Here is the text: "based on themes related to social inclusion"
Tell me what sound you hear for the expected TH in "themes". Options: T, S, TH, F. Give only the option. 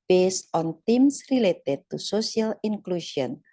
T